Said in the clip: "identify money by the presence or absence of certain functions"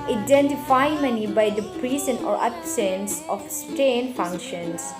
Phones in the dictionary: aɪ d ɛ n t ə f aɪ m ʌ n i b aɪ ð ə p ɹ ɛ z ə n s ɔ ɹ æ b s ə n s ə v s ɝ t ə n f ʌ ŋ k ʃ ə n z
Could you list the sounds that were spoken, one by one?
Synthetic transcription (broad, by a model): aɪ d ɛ n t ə f aɪ m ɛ n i b aɪ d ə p ɹ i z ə n ɔ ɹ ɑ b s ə n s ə f s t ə n f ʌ ŋ k ʃ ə n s